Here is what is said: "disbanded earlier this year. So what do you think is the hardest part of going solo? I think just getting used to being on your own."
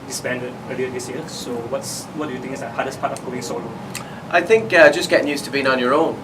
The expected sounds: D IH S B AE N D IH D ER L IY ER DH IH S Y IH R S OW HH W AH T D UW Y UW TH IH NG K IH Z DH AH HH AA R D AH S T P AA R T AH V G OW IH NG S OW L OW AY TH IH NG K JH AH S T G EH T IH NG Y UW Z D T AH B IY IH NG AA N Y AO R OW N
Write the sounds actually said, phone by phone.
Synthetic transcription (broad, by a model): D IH S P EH N D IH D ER L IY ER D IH S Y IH S OW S W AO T D UW Y UW T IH NG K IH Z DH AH HH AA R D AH S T P AA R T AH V G OW IH NG S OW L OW AY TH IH NG K JH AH S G EH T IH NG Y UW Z T AH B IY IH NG AA N Y AO R OW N